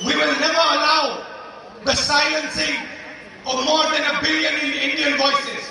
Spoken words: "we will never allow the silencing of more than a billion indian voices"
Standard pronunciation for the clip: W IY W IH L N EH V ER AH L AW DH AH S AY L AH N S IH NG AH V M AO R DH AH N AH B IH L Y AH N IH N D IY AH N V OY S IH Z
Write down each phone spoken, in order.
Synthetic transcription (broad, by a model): W IY W IH L N EH V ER AH L AW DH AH S AY AH N S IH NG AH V M AO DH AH N AH B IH L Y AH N IH N D IY AH N V OY S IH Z